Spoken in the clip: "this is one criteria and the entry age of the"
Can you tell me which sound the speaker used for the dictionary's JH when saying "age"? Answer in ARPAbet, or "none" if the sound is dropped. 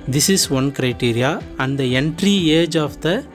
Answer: JH